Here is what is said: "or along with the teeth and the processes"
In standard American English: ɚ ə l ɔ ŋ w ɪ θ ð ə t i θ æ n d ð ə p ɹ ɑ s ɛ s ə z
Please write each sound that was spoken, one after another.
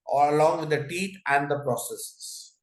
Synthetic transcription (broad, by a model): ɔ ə l ɔ ŋ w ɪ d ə t i t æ n d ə p ɹ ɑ s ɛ s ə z